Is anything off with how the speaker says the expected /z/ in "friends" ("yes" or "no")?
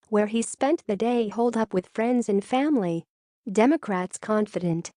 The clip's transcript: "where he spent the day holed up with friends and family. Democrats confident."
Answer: no